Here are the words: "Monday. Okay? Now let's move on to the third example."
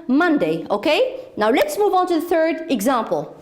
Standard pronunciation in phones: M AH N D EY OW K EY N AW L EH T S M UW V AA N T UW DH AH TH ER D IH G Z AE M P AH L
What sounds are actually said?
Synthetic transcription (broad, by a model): M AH N D EY OW K EY N AW L EH T S M UW V AA N T UW DH AH TH ER D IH G Z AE M P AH L